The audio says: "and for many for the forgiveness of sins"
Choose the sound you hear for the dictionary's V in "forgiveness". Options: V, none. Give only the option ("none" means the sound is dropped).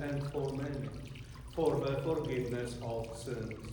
none